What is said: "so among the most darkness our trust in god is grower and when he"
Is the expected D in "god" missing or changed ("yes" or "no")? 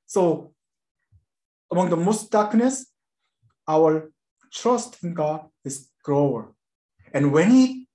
yes